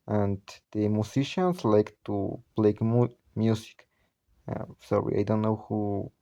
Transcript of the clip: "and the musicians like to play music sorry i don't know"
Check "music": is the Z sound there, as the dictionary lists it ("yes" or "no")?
no